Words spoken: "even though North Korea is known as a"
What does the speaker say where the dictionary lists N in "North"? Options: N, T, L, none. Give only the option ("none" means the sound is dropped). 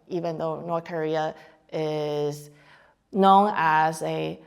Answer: N